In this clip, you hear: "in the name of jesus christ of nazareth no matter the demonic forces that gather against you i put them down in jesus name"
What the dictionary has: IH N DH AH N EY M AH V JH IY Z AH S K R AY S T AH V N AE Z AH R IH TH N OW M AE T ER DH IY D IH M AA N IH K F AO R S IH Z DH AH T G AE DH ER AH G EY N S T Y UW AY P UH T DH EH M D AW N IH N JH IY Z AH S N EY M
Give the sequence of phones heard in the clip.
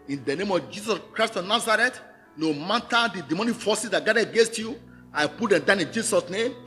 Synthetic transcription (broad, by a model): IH N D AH N EY M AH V JH IY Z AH S K R AY S T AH N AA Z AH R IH T N OW M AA T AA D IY D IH M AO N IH F AO S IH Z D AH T G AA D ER AH G EY N S T Y UW AY P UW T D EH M D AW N IH N JH IY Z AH S N EY M